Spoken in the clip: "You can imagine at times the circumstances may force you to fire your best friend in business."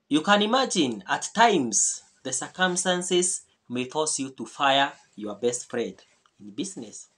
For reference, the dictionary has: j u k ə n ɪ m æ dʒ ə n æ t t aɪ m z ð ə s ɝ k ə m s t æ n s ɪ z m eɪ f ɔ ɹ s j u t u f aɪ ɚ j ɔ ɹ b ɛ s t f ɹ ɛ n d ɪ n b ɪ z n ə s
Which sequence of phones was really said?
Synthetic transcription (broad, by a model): j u k ə n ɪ m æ dʒ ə n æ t t aɪ m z ð ə s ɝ k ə m s t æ n s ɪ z m eɪ f ɔ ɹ s j u t u f aɪ ɚ j ɔ ɹ b ɛ s t f ɹ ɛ d ɪ n b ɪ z n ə s